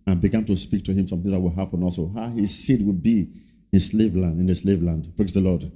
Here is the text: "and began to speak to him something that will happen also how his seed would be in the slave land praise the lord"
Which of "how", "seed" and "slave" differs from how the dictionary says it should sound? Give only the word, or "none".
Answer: none